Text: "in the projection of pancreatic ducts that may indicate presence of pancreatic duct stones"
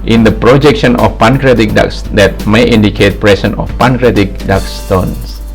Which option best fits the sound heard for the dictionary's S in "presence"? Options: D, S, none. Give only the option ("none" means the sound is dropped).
none